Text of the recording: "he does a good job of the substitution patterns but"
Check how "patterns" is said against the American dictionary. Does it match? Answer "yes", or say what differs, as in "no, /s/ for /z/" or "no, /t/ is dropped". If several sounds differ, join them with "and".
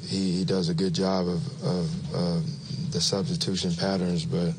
yes